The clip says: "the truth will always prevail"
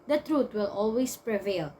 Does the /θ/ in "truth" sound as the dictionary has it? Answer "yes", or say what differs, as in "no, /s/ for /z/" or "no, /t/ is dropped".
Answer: no, /t/ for /θ/